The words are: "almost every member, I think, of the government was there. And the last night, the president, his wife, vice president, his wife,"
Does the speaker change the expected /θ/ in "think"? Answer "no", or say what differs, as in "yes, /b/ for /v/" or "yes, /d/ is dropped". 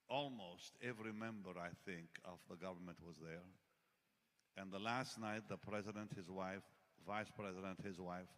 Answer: no